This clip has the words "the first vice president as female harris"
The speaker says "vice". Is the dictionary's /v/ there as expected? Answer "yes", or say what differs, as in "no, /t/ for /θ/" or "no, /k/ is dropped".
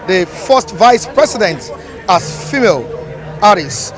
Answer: yes